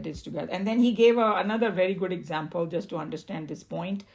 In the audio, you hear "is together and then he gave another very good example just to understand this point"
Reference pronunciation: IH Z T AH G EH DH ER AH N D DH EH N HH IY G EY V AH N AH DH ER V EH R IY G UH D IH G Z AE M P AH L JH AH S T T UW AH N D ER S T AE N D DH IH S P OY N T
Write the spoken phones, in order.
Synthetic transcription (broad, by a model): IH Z T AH G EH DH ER AH N D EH N HH IY G EY V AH N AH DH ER V EH R IY G UH D IH G Z AE M P AH L JH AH S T T UW AH N D ER S T AE N D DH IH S P OY N T